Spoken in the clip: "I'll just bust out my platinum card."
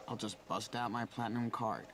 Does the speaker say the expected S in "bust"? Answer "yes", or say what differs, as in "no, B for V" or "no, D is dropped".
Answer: yes